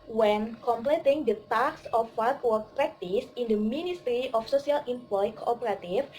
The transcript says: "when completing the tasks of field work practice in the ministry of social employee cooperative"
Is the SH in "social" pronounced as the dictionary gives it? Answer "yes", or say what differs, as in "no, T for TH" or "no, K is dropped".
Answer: no, S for SH